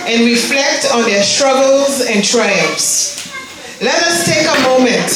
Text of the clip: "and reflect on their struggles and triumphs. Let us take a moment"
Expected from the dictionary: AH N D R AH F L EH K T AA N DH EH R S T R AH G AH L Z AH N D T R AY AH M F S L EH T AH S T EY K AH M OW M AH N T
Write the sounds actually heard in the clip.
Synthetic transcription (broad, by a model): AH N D R AH F L EH K T AA N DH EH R S T R AH G AH L Z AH N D T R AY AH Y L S L EH T AH S T EY K AH M OW M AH N T